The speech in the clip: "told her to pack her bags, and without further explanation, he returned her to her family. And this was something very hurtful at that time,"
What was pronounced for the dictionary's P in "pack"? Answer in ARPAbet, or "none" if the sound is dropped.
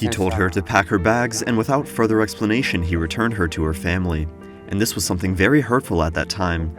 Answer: P